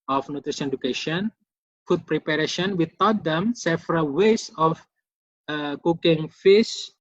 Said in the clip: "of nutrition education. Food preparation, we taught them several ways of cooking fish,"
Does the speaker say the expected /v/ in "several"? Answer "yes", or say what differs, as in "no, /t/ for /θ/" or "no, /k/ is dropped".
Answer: no, /f/ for /v/